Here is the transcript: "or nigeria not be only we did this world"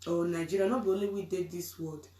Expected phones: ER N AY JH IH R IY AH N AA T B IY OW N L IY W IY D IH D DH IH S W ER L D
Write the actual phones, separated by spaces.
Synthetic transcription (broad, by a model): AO N AY JH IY R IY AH N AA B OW L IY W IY D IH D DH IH S W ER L D